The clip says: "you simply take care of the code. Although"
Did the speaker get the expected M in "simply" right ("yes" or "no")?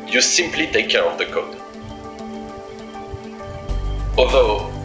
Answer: yes